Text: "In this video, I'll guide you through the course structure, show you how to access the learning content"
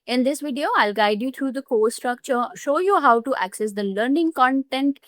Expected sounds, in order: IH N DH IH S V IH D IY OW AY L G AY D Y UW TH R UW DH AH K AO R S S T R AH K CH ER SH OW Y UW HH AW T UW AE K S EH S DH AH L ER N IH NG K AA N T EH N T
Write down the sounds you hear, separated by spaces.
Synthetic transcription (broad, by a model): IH N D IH S V IH D IY OW AY L G AY D Y UW T R UW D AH K AO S S T R AH K CH ER SH OW Y UW HH AW T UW AE K S EH S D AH L ER N IH NG K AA N T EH N T